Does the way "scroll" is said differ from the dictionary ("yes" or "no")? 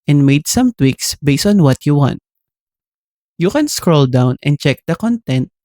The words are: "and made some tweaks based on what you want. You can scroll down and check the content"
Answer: no